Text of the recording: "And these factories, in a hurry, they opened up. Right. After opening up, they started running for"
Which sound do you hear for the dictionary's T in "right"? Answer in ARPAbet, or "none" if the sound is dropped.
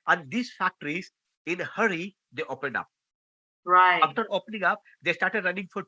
none